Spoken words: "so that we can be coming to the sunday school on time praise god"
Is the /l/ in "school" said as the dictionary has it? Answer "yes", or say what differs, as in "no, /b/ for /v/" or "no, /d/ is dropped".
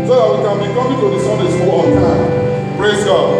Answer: no, /w/ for /l/